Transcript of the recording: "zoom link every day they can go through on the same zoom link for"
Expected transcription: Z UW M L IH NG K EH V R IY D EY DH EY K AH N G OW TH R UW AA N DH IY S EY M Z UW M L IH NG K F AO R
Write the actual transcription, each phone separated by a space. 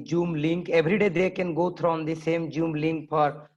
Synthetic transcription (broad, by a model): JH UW M L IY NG K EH B R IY D EY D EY K AH N G OW T R AA N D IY S EY M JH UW M L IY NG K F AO R